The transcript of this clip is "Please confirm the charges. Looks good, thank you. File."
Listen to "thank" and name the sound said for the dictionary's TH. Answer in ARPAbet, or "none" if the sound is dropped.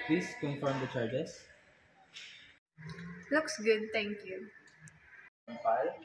T